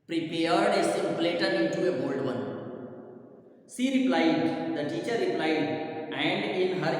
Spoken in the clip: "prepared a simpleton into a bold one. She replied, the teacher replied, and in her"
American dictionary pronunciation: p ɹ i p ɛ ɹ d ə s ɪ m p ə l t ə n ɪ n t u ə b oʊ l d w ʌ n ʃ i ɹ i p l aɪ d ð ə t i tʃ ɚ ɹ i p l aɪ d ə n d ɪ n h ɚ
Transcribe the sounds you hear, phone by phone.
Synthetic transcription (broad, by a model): p ɹ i p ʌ ɹ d ə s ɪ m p l t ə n ɪ n t u ə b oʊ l d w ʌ n s i ɹ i p l aɪ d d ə t i tʃ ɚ ɹ i p l aɪ d ə n d ɪ n h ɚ